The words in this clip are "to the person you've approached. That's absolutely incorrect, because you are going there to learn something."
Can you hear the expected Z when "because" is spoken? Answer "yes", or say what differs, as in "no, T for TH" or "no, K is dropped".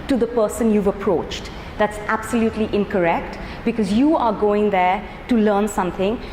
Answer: yes